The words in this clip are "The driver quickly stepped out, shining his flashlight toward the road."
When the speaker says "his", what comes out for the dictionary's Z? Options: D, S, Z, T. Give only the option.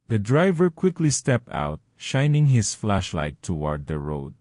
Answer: S